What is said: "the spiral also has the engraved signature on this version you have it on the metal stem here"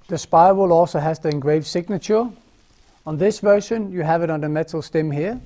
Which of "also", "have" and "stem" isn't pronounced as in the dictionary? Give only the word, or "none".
none